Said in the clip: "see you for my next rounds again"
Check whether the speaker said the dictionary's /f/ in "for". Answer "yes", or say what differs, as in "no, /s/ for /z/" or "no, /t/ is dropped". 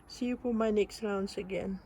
no, /p/ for /f/